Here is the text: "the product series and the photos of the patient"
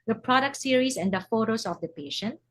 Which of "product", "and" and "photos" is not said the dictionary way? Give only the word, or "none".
photos